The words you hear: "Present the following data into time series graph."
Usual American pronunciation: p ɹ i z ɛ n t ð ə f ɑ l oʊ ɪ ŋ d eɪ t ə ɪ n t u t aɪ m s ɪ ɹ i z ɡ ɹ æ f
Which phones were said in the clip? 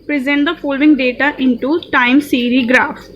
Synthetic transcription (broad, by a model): p ɹ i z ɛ n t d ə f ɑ l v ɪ ŋ d eɪ t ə ɪ n t u t aɪ m s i ɹ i ɡ ɹ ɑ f